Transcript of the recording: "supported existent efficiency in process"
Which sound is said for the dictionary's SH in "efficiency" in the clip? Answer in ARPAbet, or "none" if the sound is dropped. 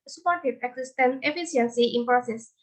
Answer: S